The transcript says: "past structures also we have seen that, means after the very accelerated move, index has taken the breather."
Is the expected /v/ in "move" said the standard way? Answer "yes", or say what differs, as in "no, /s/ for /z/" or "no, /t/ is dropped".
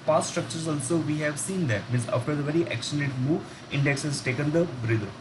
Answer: no, /v/ is dropped